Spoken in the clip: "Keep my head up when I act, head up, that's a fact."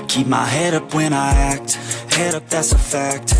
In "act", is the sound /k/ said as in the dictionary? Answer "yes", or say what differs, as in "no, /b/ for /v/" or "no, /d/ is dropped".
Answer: yes